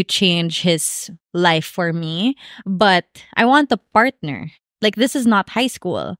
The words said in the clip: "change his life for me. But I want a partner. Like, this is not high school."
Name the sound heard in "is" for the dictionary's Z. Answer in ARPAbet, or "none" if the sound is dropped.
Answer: Z